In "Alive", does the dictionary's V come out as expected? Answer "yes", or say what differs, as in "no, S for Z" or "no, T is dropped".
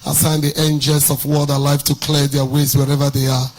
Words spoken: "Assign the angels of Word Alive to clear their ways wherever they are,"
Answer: no, F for V